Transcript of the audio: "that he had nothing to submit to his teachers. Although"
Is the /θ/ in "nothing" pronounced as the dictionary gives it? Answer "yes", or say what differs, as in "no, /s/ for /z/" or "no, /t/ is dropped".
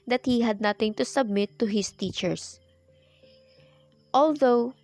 no, /t/ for /θ/